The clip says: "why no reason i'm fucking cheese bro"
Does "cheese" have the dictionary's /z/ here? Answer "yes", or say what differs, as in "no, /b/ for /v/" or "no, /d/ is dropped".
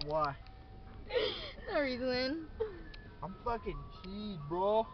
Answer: no, /z/ is dropped